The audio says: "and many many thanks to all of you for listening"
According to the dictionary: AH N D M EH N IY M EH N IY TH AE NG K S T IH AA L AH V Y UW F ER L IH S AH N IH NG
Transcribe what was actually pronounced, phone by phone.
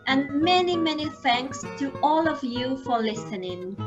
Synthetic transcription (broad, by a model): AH N M EH N IY M EH N IY TH AE NG K S T IH AA L AH V Y UW F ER L IH S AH N IH NG